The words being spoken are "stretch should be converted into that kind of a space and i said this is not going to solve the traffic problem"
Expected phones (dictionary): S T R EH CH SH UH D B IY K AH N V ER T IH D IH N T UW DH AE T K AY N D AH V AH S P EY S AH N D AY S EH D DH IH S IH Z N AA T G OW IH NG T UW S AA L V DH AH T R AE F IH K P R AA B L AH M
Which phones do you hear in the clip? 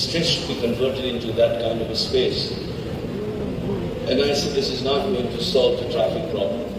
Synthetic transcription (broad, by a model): S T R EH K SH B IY K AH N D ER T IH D IH N T UW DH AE T K AY N D AH V AH S P EY S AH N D AY S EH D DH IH S IH Z N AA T G OW IH NG T UW S AA L V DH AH T R AE F IH K P R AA B L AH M